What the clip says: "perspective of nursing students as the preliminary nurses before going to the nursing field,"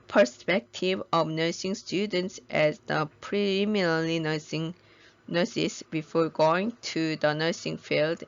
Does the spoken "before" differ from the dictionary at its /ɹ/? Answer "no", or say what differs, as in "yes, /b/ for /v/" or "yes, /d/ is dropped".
no